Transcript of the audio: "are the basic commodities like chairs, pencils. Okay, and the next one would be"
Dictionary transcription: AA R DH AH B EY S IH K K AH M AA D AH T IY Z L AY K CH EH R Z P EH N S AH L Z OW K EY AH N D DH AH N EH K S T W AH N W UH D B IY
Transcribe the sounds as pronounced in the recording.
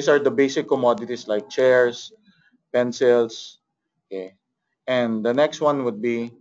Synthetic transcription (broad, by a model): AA R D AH B EY S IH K K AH M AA D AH T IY S L AY K CH EH R S P EH N S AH L S OW K EY AH N D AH N EH K S T W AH N W UH D B IY